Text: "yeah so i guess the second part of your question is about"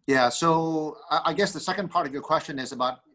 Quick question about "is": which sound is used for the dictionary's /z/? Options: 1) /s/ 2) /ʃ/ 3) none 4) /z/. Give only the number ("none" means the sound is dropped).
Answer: 4